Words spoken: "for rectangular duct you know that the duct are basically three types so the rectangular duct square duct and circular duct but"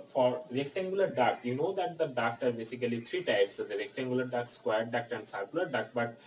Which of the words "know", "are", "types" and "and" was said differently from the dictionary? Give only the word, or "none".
none